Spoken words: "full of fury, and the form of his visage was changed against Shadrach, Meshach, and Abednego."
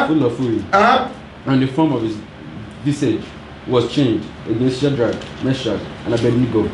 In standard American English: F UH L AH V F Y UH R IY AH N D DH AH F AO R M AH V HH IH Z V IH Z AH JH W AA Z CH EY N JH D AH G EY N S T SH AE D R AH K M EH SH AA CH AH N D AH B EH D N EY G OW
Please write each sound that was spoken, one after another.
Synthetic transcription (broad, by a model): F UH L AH F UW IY IY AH N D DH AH F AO M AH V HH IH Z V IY S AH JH W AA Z CH EY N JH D AH G EY N S T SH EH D R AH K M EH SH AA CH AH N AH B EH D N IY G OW